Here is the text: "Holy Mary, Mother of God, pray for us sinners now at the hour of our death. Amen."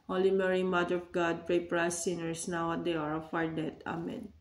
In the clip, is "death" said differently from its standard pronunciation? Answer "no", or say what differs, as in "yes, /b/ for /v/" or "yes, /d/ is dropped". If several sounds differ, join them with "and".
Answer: yes, /t/ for /θ/